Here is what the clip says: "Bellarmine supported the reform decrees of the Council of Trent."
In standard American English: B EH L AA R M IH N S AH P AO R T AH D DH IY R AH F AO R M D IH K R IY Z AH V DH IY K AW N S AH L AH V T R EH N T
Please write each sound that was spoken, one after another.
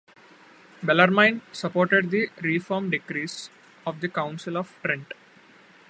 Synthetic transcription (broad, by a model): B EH L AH R M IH N S AH P AO R T AH D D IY R AH F AO R M D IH K R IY S AH V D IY K AW N S AH L AH V T R EH N T